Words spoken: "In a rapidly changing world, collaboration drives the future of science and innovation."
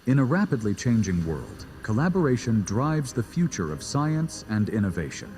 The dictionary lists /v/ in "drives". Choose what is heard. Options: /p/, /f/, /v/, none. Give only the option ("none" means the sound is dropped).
/v/